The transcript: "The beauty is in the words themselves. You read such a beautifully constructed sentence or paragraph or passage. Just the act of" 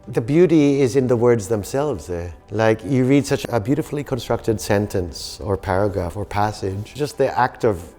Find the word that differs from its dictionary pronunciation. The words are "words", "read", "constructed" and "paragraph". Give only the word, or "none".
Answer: none